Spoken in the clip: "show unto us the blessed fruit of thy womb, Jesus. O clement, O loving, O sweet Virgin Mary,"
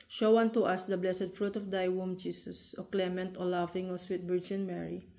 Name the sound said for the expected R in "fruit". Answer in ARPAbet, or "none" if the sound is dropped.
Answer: R